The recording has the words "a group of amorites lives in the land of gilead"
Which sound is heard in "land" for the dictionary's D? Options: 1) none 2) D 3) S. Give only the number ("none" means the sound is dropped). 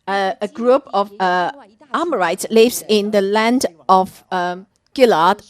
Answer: 2